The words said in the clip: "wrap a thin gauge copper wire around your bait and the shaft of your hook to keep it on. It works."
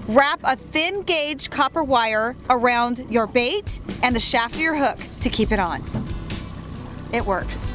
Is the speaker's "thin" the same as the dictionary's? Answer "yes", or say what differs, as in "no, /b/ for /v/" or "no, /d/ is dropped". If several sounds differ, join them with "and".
yes